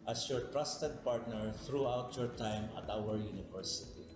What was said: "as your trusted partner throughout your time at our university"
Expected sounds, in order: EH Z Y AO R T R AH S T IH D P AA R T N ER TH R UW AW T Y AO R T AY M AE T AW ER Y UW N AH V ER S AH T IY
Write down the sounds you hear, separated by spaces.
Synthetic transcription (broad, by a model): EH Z Y AO R T R AH S T IH D P AA R T N ER T R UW AW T Y AO R T AY M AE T AW ER Y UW N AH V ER S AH T IY